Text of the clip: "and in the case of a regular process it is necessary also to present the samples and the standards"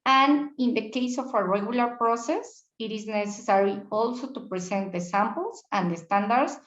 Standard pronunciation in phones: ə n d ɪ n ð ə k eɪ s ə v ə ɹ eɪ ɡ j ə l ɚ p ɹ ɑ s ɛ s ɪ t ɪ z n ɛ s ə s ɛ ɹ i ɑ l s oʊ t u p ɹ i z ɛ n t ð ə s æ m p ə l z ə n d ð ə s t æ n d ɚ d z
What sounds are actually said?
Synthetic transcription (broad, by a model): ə n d ɪ n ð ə k eɪ s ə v ə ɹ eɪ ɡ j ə l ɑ p ɹ ɑ s ɛ s ɪ t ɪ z n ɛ s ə s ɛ ɹ i ɑ l s oʊ t u p ɹ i s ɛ n t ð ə s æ m p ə l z ə n d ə s t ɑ n d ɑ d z